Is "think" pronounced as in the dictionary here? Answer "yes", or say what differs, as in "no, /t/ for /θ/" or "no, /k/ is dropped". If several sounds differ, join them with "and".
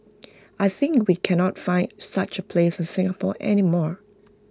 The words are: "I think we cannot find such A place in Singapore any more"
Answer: yes